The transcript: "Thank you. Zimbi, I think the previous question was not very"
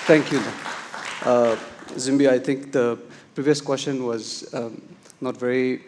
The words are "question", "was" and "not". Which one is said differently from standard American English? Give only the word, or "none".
none